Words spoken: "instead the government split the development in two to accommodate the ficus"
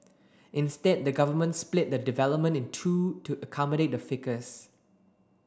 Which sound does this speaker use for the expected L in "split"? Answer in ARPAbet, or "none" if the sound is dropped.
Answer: L